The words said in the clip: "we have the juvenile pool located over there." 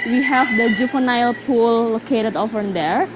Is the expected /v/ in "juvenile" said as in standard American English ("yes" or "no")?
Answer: no